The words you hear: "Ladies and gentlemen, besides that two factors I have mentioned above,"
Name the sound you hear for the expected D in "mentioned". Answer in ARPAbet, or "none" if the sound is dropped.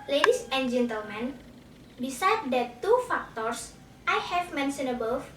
none